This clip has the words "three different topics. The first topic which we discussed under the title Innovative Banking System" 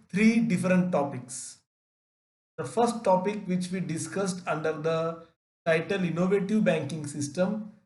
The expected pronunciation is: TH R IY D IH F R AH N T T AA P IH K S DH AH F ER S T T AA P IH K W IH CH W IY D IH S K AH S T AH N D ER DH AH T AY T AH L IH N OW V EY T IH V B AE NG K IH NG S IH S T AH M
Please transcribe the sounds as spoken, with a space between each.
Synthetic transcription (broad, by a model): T R IY D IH F R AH N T T AA P IH K S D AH F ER S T T AA P IH K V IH CH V IY D IH S K AH S T AH N D ER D AH T AY T AH L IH N OW V EY T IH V B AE NG K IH NG S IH S T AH M